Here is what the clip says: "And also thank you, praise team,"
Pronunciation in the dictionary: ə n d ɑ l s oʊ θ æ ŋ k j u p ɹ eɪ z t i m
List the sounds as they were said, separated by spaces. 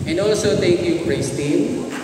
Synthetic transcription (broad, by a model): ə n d ɑ l s oʊ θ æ ŋ k j u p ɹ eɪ s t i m